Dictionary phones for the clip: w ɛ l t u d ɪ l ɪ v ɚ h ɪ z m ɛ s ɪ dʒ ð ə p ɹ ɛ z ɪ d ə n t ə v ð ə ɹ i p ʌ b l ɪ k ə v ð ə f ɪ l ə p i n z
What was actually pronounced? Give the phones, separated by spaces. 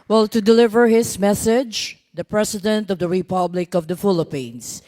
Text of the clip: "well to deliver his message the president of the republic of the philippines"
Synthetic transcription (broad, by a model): w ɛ l t u d ɪ l ɪ v ɚ h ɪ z m ɛ s ɪ dʒ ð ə p ɹ ɛ s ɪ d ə n t ə v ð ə ɹ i p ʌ b l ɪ k ə v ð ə f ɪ l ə p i n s